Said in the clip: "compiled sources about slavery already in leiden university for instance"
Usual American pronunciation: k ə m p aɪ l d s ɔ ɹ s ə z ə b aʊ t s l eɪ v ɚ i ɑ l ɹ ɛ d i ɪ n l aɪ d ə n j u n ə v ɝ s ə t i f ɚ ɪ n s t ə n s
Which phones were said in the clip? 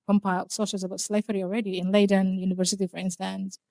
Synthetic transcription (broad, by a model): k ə m p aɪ l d s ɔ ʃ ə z ə b aʊ t s l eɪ f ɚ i ɑ l ɹ ɛ d i ɪ n l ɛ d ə n j u n ə v ɝ s ə t i f ɚ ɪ n s t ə n s